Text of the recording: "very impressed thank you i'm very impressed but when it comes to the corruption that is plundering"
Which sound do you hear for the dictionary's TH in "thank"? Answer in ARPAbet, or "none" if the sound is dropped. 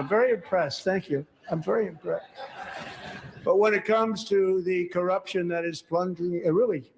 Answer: TH